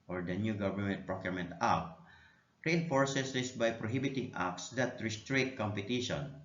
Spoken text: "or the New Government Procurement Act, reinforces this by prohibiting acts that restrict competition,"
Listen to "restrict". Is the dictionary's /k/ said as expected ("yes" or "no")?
no